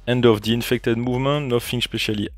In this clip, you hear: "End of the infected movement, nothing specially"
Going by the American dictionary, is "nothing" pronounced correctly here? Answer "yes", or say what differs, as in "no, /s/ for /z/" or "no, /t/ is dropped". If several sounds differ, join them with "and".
no, /f/ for /θ/